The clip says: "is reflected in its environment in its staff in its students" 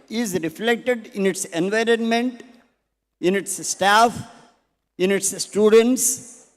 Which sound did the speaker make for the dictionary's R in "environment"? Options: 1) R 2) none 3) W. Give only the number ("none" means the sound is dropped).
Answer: 1